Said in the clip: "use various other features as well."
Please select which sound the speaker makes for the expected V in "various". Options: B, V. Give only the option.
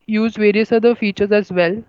V